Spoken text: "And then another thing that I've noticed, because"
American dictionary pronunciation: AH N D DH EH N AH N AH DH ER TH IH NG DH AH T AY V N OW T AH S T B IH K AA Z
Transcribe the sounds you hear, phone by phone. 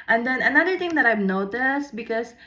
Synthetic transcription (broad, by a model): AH N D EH N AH N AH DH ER T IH NG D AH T AY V N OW T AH S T B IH K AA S